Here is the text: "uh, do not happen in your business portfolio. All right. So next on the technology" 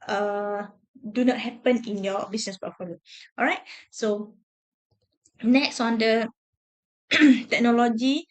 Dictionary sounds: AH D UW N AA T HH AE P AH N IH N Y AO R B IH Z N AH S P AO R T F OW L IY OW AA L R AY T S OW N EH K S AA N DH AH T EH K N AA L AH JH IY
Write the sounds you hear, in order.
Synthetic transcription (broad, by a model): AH D UW N AA T HH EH P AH N IH N Y AO B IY S N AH S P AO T F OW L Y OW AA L R AY T S OW N EH K S AA N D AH T EH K N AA L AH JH IY